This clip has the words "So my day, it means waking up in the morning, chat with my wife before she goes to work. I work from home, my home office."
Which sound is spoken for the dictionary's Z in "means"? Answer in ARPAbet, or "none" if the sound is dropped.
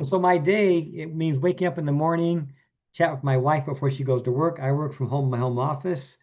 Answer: Z